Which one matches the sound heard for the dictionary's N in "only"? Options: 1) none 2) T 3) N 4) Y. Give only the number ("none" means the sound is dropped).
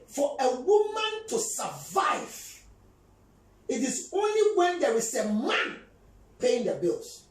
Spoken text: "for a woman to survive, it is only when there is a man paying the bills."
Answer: 3